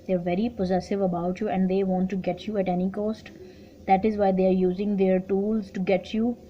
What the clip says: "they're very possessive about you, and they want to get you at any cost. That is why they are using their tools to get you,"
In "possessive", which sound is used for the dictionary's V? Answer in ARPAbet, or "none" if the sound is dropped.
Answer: V